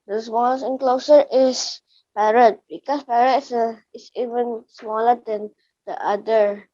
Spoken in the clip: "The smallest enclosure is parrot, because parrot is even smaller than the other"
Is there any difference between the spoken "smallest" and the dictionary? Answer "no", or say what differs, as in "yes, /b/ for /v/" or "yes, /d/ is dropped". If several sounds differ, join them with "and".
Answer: yes, /t/ is dropped